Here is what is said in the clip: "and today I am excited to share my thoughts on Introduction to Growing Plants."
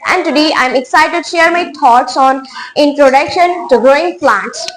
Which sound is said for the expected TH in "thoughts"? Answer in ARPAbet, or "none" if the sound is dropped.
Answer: T